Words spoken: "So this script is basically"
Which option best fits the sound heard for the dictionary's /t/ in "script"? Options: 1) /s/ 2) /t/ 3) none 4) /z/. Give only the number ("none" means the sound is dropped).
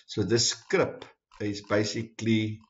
3